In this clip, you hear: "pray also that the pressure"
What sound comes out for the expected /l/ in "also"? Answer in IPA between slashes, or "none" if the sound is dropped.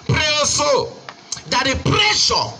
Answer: none